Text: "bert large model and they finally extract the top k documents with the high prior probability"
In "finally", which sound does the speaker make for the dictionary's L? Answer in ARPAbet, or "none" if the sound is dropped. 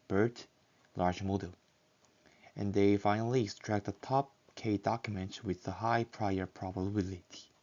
L